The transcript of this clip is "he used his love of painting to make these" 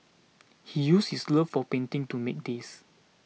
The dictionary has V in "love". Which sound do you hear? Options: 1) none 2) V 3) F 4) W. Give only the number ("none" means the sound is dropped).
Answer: 3